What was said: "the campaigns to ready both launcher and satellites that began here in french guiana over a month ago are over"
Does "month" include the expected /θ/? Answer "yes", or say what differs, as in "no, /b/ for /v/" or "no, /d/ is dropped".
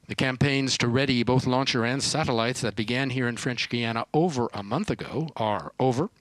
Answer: yes